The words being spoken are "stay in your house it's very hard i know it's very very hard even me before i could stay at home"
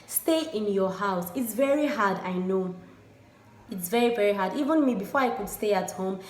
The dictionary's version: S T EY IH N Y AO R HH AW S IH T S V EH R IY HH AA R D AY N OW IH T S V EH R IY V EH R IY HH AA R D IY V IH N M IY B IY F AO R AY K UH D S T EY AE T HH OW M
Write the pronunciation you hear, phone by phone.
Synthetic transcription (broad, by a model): S T EY IH N Y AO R HH AW S IH T S V EH R IY HH AA D AY N OW IH T S V EH R IY V EH R IY HH AA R D IY V IH N M IY B IY F AO R AY K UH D S T EY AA T HH OW M